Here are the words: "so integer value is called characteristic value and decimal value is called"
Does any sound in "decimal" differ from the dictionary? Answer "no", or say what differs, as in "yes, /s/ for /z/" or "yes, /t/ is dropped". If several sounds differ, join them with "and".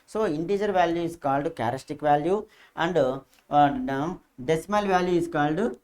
no